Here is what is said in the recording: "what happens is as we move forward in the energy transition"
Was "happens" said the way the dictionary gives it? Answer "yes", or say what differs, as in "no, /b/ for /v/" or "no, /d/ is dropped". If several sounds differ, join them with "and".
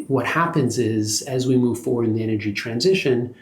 yes